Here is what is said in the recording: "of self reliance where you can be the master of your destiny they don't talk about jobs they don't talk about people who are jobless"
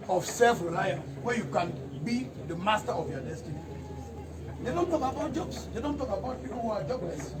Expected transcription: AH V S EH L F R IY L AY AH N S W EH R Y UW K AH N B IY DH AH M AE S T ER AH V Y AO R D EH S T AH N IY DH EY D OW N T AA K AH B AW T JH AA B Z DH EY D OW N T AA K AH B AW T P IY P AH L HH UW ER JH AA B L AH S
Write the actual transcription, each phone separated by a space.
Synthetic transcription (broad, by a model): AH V S EH L F R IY L AY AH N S W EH Y UW K AH N B IY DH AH M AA S T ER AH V Y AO D EH S T AH N IY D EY D OW N T AA K AH B AW T JH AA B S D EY D OW N T AA K AH B AW T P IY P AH N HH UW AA JH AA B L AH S